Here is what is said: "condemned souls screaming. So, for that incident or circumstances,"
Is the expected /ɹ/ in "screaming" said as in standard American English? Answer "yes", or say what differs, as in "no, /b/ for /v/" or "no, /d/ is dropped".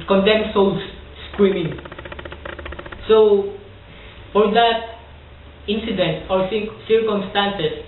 no, /w/ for /ɹ/